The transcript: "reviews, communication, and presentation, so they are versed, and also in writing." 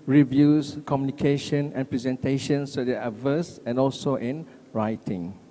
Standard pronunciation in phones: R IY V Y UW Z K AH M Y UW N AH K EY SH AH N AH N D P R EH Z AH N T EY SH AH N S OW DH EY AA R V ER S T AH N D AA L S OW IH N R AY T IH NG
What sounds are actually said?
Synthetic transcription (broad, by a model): R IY V Y UW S K AH M Y UW N AH K EY SH AH N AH N P R EH Z AH N T EY SH AH N S OW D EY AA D V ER S AH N AA L S OW IH N R AY T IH NG